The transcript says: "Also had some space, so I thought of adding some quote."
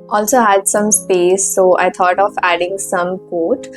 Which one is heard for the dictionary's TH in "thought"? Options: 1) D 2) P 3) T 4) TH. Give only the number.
3